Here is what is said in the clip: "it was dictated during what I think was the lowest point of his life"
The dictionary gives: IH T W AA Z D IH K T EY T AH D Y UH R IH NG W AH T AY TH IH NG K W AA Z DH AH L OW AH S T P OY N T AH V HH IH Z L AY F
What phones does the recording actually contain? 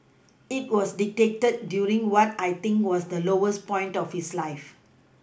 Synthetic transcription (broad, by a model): IH T W AA S D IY T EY T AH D Y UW R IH NG W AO T AY T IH NG K W AA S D AH L OW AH S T P OY N T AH F HH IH S L AY F